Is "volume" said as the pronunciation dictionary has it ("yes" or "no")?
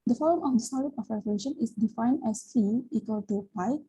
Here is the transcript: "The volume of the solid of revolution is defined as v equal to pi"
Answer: no